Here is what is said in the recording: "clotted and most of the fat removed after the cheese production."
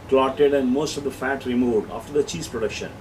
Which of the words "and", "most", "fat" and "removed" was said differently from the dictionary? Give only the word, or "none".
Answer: none